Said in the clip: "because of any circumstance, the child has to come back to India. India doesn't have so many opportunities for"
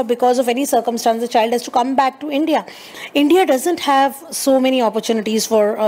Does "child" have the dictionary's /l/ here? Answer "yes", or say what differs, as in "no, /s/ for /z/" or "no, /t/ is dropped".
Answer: yes